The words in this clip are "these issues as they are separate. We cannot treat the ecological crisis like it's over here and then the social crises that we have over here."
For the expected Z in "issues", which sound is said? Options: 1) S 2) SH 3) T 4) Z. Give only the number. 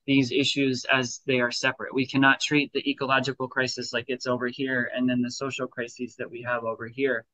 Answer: 4